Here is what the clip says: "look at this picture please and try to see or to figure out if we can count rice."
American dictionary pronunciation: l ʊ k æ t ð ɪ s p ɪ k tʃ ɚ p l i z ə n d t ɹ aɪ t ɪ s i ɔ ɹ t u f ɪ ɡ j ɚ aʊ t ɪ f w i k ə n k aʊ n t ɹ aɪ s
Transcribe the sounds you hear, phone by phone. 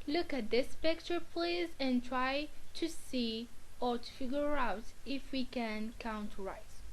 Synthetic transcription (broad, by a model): l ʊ k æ t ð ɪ s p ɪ k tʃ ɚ p l i z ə n t ɹ aɪ t ɪ s i ɔ ɹ t u f ɪ ɡ j ɚ aʊ t ɪ f w i k ə n k aʊ n t ɹ aɪ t